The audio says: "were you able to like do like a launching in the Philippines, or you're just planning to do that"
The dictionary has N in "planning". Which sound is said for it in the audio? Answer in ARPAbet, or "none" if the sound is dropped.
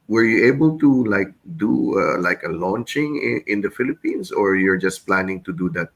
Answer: N